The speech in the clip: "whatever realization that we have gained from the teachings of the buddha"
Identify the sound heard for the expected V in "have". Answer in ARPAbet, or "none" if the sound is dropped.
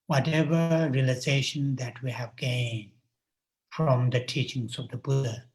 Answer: V